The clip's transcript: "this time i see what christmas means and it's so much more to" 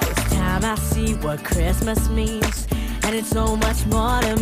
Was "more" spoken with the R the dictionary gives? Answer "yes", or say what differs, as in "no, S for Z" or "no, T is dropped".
yes